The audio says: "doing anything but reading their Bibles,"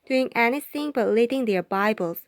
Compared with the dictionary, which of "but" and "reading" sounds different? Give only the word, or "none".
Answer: reading